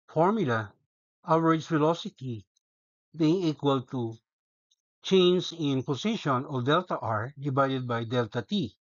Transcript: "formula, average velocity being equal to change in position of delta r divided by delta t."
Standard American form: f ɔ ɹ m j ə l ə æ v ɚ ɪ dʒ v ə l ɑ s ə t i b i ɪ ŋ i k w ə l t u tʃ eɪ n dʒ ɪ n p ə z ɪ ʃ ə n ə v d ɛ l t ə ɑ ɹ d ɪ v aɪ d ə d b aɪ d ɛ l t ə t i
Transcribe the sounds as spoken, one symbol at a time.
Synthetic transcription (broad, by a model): f ɔ ɹ m j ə l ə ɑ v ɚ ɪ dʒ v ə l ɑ s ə t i b i ɪ ŋ i k w ə l t u tʃ eɪ n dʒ ɪ n p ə s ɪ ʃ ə n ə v d ɛ l t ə ɑ ɹ d ɪ v aɪ d ə d b aɪ d ɛ l t ə t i